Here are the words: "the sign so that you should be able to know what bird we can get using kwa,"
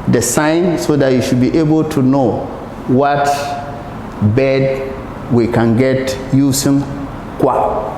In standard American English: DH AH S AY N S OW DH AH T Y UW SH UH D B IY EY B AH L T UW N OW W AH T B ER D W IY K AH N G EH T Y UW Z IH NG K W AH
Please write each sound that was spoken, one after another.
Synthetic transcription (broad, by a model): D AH S AY N S OW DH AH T Y UW SH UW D B IY EY B AH L T UW N OW W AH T B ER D W IY K AH N G EH T Y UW S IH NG K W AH